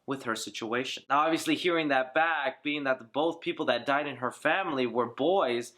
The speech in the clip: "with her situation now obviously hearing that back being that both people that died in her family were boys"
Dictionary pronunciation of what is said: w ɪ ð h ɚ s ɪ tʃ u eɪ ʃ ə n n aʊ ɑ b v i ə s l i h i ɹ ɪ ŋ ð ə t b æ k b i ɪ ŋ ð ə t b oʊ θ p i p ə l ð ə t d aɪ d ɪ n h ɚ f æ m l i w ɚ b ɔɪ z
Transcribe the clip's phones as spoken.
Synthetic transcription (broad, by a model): w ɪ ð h ɚ s ɪ tʃ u eɪ ʃ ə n n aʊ ɑ b v i ə s l i h i ɹ ɪ ŋ ð ə t b æ k b i ɪ ŋ ð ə t b oʊ θ p i p l ð ə t d aɪ d ɪ n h ɚ f æ m l i w ɚ b ɔɪ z